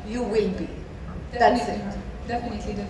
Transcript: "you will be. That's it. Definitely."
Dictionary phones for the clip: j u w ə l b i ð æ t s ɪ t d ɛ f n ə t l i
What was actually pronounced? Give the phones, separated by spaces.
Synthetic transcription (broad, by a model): j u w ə n b i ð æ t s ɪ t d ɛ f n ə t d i